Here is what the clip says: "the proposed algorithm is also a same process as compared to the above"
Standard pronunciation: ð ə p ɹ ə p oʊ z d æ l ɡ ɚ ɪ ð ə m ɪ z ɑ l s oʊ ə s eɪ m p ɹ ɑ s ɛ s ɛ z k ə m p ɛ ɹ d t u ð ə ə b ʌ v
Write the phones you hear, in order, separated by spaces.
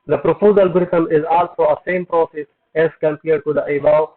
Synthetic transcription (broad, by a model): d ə p ɹ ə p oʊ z ʌ l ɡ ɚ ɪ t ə m ɪ z ɑ l s oʊ ə s eɪ m p ɹ ɑ s ɛ s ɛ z k ə m p ɛ ɹ d t u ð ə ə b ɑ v